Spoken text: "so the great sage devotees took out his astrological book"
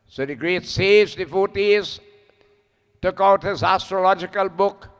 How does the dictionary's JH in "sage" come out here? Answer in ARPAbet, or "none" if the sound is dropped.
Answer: Z